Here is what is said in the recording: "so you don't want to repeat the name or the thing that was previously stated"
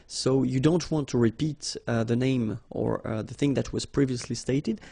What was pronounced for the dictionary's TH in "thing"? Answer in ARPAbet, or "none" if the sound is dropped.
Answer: TH